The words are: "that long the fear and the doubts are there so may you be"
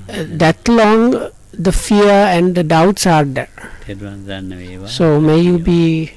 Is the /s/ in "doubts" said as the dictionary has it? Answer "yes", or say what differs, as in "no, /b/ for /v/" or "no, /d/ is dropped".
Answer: yes